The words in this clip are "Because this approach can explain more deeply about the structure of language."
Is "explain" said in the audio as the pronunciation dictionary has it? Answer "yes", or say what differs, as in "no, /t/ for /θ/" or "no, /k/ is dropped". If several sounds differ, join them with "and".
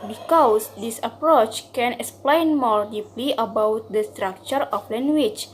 yes